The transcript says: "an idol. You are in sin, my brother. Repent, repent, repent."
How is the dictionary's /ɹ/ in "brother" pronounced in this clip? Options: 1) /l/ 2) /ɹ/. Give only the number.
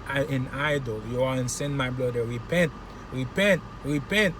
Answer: 1